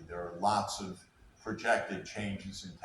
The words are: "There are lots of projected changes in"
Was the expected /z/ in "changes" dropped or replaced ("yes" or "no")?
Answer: no